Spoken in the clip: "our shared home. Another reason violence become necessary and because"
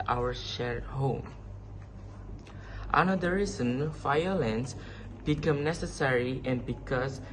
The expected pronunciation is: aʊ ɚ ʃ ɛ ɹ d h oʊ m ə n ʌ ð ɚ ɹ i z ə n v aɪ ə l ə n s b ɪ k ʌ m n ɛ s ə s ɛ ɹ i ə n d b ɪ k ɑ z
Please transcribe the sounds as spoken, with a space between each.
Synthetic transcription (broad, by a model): aʊ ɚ ʃ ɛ ɹ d h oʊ m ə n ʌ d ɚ ɹ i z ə n f aɪ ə l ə n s b ɪ k ʌ m n ɛ s ə s ɛ ɹ i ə n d b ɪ k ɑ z